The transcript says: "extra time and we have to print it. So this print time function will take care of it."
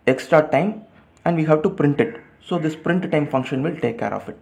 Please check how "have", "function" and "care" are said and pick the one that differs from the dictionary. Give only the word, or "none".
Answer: none